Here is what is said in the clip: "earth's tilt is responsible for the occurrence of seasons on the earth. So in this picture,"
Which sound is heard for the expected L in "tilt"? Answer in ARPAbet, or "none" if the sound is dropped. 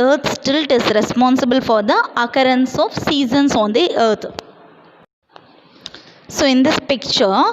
L